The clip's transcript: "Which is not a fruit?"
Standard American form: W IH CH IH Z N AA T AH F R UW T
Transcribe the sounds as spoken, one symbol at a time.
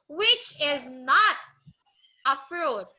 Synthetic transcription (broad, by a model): W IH CH IH Z N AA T AH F R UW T